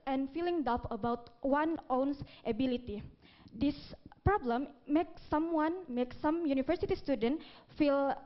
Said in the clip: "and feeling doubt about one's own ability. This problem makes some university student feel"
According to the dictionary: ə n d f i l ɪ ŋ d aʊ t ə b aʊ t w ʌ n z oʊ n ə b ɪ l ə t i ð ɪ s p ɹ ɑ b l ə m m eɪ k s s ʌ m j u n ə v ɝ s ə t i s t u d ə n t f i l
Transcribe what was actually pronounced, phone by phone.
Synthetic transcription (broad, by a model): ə n f i l ɪ ŋ d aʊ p ə b aʊ t w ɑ n oʊ n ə b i l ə t i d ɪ s p ɹ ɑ b l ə m m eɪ k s s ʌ m j u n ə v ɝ s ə t i s t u d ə n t f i l